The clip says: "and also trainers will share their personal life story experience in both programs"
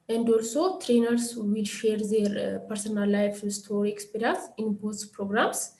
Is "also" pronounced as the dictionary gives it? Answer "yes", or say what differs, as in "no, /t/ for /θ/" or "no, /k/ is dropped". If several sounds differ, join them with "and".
yes